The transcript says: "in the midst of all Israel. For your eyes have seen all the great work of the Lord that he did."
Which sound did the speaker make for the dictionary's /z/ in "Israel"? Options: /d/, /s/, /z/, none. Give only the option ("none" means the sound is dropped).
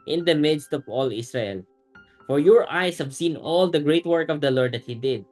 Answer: /s/